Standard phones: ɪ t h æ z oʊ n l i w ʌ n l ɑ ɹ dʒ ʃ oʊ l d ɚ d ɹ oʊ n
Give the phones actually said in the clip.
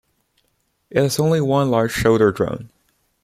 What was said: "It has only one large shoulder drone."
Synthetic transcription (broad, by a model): ɪ t h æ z oʊ n l i w ʌ n l ɑ ɹ dʒ ʃ oʊ d ɚ d ɹ oʊ n